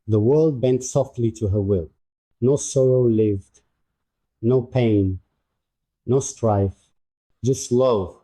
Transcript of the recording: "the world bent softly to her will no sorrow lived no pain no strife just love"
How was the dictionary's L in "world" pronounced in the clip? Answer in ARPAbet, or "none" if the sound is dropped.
L